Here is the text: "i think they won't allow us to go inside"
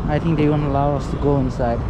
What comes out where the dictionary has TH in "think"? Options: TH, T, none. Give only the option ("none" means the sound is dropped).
T